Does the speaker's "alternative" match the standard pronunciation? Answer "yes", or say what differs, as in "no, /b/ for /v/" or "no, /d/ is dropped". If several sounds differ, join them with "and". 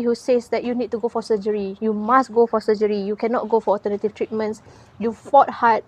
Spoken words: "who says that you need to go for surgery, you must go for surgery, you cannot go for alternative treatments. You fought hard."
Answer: no, /f/ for /v/